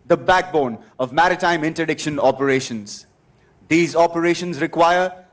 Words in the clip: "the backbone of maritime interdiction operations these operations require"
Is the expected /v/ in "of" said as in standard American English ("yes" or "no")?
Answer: yes